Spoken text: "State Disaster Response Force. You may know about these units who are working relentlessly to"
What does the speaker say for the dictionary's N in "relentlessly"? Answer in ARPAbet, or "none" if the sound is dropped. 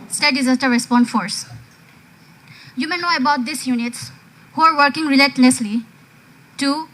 none